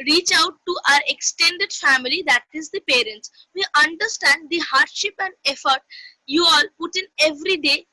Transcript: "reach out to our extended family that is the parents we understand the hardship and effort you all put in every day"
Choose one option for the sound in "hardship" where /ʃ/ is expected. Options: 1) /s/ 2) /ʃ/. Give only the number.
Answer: 2